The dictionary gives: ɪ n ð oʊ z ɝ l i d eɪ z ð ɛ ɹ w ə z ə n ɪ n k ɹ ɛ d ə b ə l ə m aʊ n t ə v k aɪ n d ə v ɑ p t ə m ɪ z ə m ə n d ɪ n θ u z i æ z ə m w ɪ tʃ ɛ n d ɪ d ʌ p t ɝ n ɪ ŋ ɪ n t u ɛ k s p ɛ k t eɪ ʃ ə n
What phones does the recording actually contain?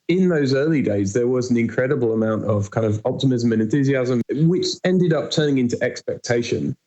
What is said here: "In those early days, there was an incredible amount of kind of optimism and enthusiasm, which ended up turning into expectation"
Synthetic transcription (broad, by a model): ɪ n ð oʊ z ɝ l i d eɪ z ð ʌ ɹ w ə z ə n ɪ n k ɹ ɛ d ə b ə l ə m aʊ n t ə v k aɪ n d ə v ɑ p t ə m ɪ z ə m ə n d ɪ n θ u z i æ z ə m w ɪ tʃ ɛ n d ɪ d ʌ p t ɝ n ɪ ŋ ɪ n t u ɛ k s p ɛ k t eɪ ʃ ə n